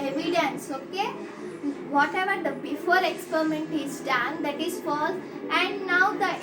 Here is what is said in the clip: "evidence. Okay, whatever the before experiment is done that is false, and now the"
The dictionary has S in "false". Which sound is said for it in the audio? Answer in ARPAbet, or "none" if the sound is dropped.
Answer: none